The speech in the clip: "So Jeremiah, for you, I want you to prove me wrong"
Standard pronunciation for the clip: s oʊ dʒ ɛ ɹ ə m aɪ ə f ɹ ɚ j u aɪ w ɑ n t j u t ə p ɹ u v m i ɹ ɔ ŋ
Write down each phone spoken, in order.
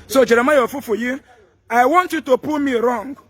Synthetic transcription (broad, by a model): s oʊ dʒ ɛ ɹ ə m aɪ ə f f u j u aɪ w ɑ n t j u t ə p u m i ɹ ɔ ŋ